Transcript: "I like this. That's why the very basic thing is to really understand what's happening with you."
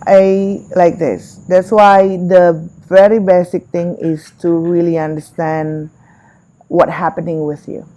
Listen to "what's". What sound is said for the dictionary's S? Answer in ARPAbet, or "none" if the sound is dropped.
none